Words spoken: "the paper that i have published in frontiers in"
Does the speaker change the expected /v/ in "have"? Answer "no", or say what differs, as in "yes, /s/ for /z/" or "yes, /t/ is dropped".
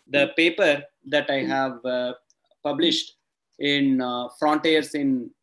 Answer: no